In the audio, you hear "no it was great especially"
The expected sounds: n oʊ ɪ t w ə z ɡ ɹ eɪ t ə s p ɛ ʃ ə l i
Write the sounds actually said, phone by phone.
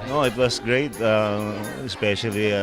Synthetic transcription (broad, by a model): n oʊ ɪ t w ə s ɡ ɹ eɪ t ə s p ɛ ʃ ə l i